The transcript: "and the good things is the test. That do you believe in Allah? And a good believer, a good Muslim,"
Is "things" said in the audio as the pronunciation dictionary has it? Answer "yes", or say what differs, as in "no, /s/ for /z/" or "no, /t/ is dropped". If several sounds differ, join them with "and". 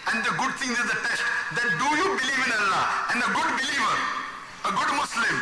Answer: no, /t/ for /θ/